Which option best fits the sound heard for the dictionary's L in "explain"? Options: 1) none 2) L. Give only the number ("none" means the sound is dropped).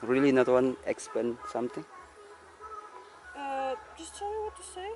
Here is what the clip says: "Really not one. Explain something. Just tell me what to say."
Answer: 1